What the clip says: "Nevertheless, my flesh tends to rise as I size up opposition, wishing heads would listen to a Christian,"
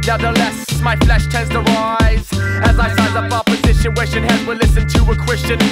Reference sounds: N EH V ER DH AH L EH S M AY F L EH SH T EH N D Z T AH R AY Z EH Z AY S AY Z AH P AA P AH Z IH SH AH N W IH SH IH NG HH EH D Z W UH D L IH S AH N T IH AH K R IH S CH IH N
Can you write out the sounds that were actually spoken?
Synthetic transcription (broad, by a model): N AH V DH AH L EH S M AY F L EH SH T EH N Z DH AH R AY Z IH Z AY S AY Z AH P AA P AH Z IH SH AH N W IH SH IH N HH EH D W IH L IH S AH N T IH AH K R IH S CH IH N